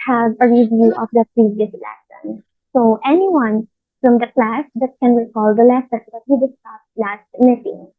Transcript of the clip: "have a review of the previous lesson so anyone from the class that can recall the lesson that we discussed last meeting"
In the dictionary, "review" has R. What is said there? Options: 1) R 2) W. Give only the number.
1